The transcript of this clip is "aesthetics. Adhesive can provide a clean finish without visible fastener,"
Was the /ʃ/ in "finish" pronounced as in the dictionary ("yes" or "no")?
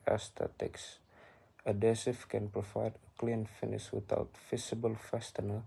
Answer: no